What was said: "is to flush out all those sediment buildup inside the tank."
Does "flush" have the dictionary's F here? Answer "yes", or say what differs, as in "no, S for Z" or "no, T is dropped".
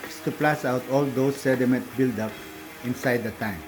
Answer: no, P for F